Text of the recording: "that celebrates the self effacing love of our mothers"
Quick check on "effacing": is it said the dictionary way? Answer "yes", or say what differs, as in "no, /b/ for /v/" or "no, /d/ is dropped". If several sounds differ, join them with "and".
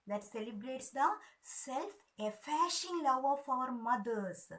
no, /ʃ/ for /s/